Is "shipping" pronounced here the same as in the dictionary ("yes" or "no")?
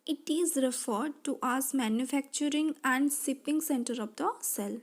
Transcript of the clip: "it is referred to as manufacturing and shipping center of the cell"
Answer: no